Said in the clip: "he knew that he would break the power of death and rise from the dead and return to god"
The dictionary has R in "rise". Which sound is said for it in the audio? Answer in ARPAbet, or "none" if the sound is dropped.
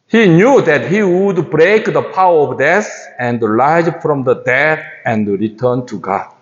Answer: L